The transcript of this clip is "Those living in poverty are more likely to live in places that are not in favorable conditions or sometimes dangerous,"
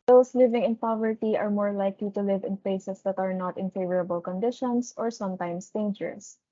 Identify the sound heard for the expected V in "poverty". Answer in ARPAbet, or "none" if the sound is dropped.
V